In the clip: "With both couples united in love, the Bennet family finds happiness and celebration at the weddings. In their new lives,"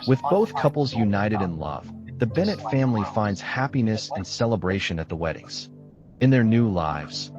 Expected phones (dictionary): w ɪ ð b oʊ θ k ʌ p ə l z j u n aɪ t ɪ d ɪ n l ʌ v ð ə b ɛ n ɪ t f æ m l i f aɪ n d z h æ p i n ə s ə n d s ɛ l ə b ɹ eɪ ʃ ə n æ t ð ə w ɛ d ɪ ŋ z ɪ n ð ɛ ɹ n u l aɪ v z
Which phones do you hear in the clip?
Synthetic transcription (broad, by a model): w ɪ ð b oʊ θ k ʌ p l z j u n aɪ t ɪ d ɪ n l ʌ v ð ə b ɛ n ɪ t f æ m l i f aɪ n d z h æ p i n ə s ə n s ɛ l ə b ɹ eɪ ʃ ə n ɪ t ð ə w ɛ d ɪ ŋ z ɪ n ð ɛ ɹ n u l aɪ v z